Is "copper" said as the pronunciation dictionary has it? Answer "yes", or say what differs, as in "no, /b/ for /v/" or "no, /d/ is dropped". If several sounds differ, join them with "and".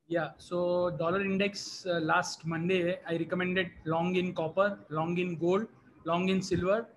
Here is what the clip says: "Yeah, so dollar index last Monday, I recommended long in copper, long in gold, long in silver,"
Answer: yes